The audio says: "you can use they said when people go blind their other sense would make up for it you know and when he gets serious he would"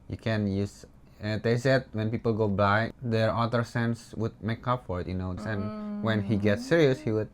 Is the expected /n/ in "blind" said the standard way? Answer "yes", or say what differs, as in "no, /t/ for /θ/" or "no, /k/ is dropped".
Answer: no, /n/ is dropped